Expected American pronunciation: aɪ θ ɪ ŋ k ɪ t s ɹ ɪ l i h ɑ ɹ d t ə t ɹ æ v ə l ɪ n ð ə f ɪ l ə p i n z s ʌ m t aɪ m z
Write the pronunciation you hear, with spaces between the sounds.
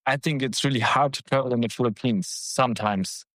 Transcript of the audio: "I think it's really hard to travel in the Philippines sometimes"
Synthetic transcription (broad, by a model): aɪ θ ɪ ŋ k ɪ t s ɹ ɪ l i h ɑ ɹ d t ə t ʌ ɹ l ɪ n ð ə f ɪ l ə p i n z s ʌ m t aɪ m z